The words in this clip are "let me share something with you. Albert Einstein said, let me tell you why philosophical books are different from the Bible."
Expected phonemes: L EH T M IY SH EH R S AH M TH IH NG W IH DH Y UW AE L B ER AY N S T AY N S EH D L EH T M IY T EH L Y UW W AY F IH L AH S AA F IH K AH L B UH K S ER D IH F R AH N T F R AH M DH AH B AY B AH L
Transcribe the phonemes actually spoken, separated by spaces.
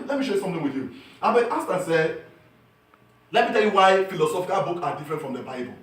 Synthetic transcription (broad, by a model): L EH T M IY SH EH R S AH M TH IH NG W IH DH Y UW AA B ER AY S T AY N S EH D L EH T M IY T EH L Y UW W AY F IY L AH S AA F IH K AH L B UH K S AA D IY F R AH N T F R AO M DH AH B AY B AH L